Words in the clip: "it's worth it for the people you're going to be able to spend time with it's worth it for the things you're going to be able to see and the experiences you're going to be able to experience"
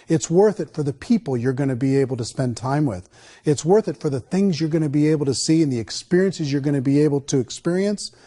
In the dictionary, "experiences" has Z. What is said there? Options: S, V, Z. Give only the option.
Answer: Z